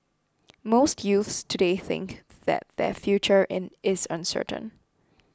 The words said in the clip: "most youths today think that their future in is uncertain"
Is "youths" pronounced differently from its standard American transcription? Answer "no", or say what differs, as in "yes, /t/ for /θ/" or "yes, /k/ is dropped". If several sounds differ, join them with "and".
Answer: no